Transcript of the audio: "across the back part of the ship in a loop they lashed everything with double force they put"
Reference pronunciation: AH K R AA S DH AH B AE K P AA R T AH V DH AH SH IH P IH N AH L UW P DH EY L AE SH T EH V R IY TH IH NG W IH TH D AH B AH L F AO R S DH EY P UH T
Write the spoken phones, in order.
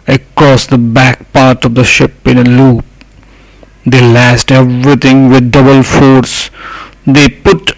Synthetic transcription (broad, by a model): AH K R AA S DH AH B AE K P AA R T AH V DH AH SH IH P IH N AH L UW P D EY L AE S T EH V R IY T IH NG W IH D D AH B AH L F AO R S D EY P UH T